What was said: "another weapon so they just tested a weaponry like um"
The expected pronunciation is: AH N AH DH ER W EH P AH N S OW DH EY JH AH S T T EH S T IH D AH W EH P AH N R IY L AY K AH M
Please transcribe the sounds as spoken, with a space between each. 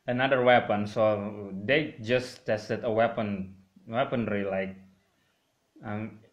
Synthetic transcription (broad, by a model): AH N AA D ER W EH P AH N S OW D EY JH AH S T T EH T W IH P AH W EH P AH N R IY L AY K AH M